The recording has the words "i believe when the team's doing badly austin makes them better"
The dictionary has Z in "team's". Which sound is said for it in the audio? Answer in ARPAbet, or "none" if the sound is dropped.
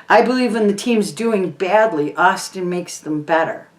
Z